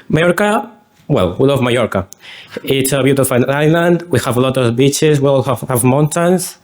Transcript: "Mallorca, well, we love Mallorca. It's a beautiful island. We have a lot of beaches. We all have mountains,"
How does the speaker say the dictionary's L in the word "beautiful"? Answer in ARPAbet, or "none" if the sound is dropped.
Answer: N